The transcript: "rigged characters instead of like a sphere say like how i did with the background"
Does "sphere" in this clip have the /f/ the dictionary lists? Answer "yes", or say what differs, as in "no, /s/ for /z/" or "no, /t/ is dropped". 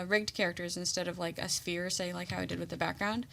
yes